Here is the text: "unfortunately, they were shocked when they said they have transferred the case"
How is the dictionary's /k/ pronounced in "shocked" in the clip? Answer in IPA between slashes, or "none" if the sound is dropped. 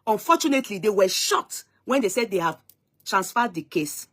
none